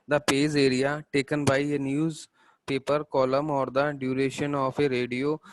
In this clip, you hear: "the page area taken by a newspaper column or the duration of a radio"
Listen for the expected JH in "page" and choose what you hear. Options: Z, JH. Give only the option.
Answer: Z